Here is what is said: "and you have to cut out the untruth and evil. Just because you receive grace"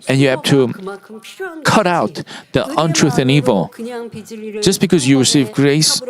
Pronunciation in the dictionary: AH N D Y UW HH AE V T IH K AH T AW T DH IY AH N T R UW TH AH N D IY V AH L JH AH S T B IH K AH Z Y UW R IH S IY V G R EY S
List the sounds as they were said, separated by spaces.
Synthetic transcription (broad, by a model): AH N Y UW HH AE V T IH K AH T AW T DH IY AH N T R UW TH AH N IY V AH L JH AH S B IH K AH Z Y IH R IH S IY V G R EY S